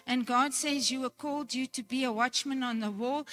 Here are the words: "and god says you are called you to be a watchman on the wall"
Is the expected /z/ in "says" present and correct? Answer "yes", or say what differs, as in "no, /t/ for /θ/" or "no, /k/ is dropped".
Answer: yes